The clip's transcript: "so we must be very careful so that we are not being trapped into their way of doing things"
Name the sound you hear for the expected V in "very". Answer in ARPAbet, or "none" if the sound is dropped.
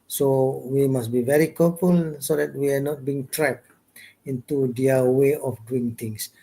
V